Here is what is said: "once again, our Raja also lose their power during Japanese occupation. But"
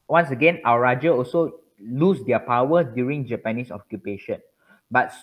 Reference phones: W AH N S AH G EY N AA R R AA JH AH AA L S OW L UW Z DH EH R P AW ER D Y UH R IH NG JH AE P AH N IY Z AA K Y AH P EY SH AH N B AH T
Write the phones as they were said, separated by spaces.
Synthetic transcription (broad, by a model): W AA N S AH G EY N AA W R AA JH AH AA L S OW L UW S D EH P AW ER D Y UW R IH NG JH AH P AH N IY S AA K Y AH P EY SH AH N B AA T